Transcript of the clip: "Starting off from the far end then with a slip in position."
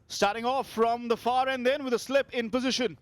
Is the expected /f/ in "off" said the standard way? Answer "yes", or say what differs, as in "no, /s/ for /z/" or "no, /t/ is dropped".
yes